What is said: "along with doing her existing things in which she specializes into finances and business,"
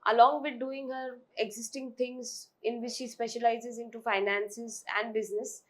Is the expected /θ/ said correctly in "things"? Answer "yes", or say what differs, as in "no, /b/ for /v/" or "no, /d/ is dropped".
no, /t/ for /θ/